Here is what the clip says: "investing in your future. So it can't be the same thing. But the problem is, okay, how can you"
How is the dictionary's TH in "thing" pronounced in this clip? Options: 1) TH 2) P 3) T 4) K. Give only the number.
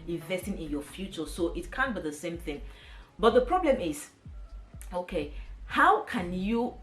1